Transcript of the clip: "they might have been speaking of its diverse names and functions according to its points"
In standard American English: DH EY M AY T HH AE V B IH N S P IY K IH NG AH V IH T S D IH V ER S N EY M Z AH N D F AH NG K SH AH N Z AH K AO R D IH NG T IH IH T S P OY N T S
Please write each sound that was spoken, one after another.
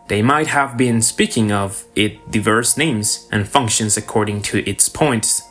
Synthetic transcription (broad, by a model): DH EY M AY T HH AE V B IH N S P IY K IH NG AH V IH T D IH V ER S N EY M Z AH N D F AH NG K SH AH N Z AH K AO R D IH NG T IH IH T S P OY N T S